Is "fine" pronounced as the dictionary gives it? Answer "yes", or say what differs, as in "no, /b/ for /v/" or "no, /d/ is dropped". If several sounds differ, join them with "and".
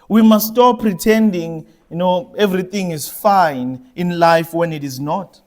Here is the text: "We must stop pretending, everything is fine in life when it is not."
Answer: yes